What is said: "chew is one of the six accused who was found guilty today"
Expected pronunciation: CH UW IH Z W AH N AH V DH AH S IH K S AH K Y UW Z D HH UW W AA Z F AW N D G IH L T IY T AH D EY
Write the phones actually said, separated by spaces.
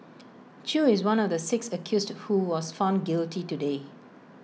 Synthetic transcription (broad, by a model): CH UW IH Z W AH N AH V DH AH S IH K S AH K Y UW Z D HH UW W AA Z F AW N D G IH L T IY T AH D EY